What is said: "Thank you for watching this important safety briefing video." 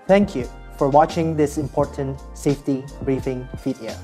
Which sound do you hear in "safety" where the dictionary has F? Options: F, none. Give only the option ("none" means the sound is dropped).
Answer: F